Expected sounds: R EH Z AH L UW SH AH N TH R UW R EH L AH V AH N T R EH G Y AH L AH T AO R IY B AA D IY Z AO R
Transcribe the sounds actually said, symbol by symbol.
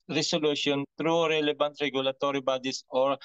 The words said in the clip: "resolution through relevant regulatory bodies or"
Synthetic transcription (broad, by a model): R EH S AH L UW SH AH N T R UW R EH L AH B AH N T R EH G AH L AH T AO R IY B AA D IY S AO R